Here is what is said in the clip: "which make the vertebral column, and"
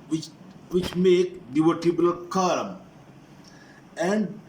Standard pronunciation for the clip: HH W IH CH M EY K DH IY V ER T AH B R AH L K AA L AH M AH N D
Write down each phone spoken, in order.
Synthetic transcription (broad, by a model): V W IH CH M EY K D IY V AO T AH B AH L K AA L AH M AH N D